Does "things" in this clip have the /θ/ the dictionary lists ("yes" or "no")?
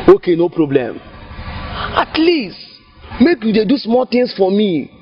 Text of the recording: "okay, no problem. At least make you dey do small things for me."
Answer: no